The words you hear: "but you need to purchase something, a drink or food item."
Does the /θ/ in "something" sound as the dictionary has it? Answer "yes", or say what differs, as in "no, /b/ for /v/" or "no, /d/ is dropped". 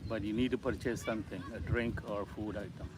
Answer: no, /t/ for /θ/